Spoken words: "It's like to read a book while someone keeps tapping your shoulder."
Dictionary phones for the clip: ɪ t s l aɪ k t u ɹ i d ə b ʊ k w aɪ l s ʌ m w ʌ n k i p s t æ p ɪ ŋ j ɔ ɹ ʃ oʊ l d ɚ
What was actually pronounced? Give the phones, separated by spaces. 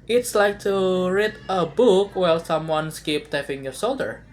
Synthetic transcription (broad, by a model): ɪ t s l aɪ k t u ɹ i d ə b ʊ k w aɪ l s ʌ m w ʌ n k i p t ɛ f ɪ ŋ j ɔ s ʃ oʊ l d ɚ